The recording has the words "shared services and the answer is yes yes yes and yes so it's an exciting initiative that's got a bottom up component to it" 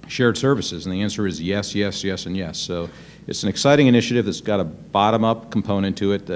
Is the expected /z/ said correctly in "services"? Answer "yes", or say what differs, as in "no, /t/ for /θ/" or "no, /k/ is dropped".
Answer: yes